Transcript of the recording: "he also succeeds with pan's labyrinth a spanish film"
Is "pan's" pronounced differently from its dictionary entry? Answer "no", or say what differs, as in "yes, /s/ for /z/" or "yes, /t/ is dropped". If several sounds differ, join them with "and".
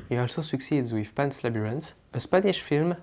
yes, /s/ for /z/